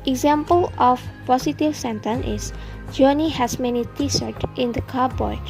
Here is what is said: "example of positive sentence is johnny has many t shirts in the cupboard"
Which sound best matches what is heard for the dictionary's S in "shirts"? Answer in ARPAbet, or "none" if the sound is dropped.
none